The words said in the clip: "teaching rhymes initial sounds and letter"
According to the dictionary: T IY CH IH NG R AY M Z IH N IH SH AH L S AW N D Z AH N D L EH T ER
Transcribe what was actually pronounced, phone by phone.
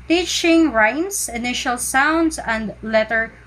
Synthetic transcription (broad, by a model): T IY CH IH NG R AY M S IH N IH SH AH L S AW N D S AH N D L EH T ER